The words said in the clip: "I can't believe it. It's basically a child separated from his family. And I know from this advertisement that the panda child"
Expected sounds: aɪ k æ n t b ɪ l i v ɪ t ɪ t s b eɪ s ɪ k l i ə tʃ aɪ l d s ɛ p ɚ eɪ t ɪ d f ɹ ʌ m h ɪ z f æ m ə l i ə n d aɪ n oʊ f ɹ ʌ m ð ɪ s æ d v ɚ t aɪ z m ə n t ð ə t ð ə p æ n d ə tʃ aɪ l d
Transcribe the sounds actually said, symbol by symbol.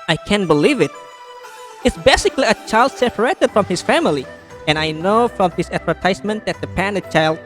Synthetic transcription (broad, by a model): aɪ k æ n b ɪ l i v ɪ t ɪ t s b eɪ s ɪ k l i ə tʃ aɪ l d s ɛ p ɚ eɪ t ɪ d f ɹ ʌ m h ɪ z f æ m ə l i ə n aɪ n oʊ f ɹ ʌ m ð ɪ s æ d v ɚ t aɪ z m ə n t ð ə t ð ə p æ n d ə tʃ aɪ l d